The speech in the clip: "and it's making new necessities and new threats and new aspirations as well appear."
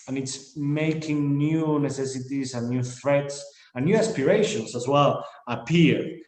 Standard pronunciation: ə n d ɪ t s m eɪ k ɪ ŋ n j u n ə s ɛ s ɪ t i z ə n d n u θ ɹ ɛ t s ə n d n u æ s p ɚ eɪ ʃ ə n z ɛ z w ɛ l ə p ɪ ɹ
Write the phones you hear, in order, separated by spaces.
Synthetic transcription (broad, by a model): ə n ɪ t s m eɪ k ɪ ŋ n j u n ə s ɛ s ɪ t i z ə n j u θ ɹ ɛ t s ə n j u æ s p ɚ eɪ ʃ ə n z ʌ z w ɛ l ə p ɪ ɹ